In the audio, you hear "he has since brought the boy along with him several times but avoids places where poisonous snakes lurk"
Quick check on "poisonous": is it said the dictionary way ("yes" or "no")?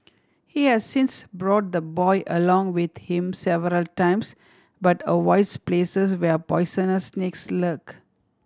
no